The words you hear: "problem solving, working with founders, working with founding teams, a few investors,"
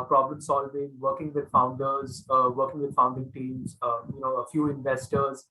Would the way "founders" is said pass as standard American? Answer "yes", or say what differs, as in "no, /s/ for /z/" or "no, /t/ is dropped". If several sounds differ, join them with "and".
yes